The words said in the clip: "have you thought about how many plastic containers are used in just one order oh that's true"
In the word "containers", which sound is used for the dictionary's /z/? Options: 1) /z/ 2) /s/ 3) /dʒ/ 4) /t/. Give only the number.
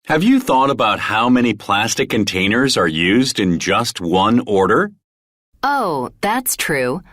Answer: 1